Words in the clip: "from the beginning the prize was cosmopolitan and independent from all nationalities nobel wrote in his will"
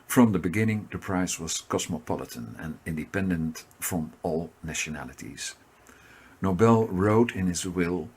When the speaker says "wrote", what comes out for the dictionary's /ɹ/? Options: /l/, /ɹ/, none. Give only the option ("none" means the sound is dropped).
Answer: /ɹ/